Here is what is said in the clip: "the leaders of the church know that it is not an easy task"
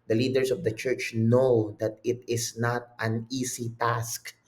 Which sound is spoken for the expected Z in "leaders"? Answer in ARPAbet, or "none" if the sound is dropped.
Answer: S